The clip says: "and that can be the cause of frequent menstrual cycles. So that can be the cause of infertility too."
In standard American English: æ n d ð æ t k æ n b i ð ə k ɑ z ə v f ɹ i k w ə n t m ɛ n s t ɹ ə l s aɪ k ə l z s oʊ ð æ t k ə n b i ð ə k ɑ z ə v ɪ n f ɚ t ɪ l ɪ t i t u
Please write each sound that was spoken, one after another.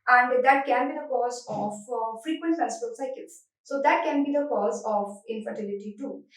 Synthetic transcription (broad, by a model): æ n d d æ t k æ n b i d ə k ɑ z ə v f ɹ i k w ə n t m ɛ s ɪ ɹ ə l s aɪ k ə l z s oʊ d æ t k ə n b i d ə k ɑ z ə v ɪ n f ɚ t ɪ l ɪ t i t u